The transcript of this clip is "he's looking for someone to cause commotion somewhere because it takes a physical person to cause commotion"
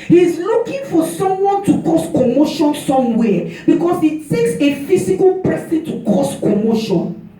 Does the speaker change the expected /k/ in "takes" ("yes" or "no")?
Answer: no